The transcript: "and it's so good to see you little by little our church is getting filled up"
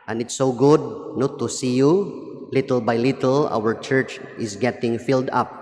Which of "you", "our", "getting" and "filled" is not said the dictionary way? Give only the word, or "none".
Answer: none